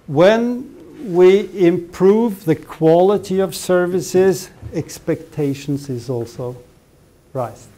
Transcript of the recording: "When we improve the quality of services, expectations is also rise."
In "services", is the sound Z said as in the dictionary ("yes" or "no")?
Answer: yes